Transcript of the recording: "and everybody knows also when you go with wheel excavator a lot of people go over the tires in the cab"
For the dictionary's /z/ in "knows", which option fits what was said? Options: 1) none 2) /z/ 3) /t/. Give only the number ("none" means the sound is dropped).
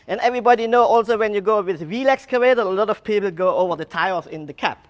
1